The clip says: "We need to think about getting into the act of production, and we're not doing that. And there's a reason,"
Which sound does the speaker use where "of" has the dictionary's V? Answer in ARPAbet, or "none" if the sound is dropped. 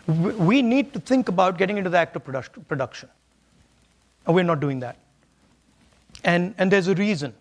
P